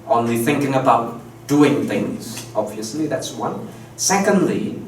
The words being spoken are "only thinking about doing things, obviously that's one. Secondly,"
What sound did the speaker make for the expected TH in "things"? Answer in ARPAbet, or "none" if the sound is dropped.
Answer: TH